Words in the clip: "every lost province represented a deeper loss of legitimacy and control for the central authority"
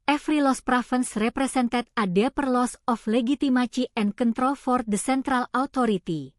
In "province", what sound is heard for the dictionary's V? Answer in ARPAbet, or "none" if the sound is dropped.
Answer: F